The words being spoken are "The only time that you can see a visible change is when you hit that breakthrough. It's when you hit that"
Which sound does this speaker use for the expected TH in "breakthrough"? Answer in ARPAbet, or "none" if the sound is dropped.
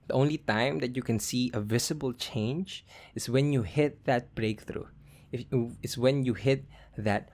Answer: TH